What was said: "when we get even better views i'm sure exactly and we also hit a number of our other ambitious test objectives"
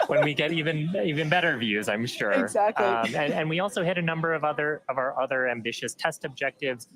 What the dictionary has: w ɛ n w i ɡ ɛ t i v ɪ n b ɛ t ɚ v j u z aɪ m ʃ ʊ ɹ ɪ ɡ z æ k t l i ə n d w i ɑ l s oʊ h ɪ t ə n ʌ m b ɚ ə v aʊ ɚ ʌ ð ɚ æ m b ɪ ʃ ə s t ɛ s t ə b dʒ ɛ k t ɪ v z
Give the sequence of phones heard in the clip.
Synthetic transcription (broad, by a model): w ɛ n w i ɡ ɛ t i v ɪ n b ɛ t ɚ v j u z aɪ m ʃ ʊ ɹ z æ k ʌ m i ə n w i ɑ l s oʊ h ɪ t ə n ʌ m b ɚ ə v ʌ ɚ ʌ ð ɚ æ m b ɪ ʃ ə s t ɛ s t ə b dʒ ɛ k t ɪ v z